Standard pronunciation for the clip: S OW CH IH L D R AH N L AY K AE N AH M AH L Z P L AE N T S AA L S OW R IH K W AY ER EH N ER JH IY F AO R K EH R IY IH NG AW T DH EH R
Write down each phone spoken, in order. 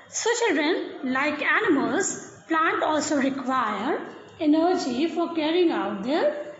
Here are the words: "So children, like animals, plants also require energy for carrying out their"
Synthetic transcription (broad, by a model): S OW CH IH L D R AH N L AY K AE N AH M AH L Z P L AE N T AA L S OW R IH K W AY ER EH N ER JH IY F AO R K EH R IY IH NG AW T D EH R